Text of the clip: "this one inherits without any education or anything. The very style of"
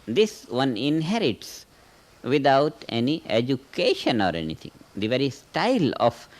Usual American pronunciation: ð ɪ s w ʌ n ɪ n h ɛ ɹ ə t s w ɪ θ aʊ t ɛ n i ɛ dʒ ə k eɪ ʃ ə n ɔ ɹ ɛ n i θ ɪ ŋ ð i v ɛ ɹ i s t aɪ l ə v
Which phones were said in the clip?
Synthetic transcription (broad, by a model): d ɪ s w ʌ n ɪ n h ɛ ɹ ə t s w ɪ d aʊ t ɛ n i ɛ dʒ ə k eɪ ʃ ə n ɔ ɹ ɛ n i t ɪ ŋ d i v ɛ ɹ i s t aɪ l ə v